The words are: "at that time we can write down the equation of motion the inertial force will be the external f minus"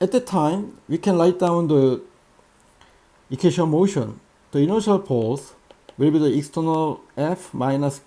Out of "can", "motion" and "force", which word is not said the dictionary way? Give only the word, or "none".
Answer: force